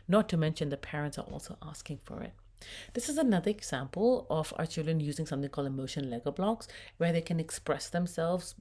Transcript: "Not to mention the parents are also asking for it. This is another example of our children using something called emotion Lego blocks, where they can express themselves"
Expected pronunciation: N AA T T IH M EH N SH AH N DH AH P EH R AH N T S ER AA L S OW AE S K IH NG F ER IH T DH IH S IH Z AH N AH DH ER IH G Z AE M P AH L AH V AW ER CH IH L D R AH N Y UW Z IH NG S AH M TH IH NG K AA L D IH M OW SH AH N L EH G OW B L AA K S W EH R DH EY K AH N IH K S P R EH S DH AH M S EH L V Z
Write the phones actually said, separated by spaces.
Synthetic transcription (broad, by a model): N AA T T IH M EH N SH AH N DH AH P EH R AH N T S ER AA L S OW AE S K IH NG F ER IH T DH IH S IH Z AH N AH DH ER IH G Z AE M P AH L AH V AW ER CH IH L D R AH N Y UW Z IH NG S AH M TH IH NG K AA L D IH M OW SH AH N L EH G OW B L AA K S W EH R DH EY K AH N IH K S P R EH S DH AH M S EH L V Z